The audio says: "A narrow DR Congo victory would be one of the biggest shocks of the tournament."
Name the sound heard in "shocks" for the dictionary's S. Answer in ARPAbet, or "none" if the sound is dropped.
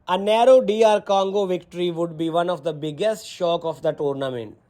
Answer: none